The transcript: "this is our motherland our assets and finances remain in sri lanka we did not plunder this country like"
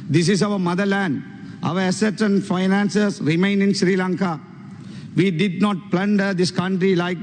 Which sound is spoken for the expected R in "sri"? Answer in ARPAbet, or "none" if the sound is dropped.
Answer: R